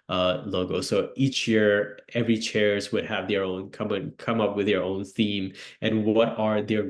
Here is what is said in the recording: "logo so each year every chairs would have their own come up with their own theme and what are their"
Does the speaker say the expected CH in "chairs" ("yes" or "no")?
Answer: yes